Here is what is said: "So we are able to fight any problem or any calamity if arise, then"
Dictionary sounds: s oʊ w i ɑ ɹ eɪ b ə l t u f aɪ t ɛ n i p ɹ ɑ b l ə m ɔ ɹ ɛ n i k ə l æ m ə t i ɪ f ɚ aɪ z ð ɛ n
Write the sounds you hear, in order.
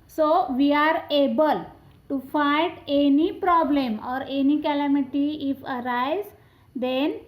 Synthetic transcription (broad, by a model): s oʊ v i ɑ ɹ eɪ b ə l t u f aɪ t ɛ n i p ɹ ɑ b l ə m ɔ ɹ ɛ n i k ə l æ m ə t i ɪ f ɚ aɪ z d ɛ n